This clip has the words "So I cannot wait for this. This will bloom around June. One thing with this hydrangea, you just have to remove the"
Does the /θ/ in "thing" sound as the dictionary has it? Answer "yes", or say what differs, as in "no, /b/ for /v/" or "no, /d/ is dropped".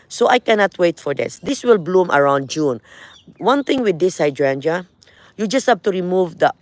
no, /t/ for /θ/